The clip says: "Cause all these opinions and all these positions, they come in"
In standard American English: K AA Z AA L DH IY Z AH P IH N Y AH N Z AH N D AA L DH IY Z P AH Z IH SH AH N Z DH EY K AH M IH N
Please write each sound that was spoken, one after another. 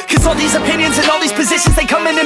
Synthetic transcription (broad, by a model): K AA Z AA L DH IY Z AH P IH N Y AH N Z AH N AA L DH IY Z P AH Z IH SH AH N Z DH EY K AH M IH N